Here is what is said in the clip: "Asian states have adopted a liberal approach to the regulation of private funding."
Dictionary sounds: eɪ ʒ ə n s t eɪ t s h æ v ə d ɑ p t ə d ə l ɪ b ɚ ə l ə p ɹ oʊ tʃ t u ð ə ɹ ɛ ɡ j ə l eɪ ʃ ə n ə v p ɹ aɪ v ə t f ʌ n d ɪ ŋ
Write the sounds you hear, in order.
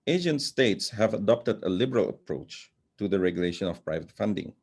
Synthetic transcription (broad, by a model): eɪ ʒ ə n s t eɪ t s h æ v ə d ɑ p t ə d ə l ɪ b ɚ ə l ə p ɹ oʊ tʃ t u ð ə ɹ ɛ ɡ j ə l eɪ ʃ ə n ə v p ɹ aɪ v ə t f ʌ n d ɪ ŋ